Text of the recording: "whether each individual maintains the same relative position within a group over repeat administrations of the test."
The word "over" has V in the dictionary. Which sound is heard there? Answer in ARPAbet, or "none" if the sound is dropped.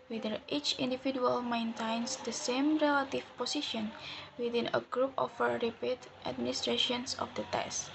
F